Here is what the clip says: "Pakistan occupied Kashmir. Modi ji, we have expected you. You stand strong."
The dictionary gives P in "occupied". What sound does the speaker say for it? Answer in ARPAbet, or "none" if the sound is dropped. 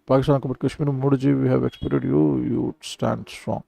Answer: B